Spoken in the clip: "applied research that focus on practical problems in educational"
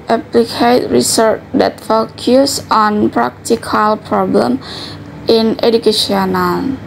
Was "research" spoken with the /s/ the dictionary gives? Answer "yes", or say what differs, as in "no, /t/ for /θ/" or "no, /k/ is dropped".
yes